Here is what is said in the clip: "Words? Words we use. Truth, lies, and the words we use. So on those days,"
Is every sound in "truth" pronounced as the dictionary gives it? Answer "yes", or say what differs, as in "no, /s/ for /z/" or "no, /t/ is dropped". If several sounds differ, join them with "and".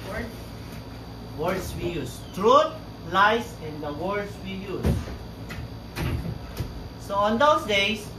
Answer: no, /t/ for /θ/